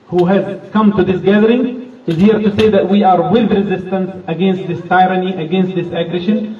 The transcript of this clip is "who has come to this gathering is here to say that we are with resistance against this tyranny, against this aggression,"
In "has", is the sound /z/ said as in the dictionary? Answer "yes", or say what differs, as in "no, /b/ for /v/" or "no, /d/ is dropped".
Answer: yes